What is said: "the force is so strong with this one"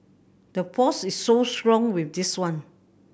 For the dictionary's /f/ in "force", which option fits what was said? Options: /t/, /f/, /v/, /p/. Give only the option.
/p/